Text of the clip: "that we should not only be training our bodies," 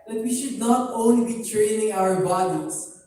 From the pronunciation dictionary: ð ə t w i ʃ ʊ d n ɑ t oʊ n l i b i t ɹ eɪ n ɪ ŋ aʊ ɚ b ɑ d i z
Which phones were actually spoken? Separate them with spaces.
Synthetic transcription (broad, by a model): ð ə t w i ʃ ʊ d n ɑ t oʊ n l i b i t ɹ eɪ n ɪ ŋ aʊ ɚ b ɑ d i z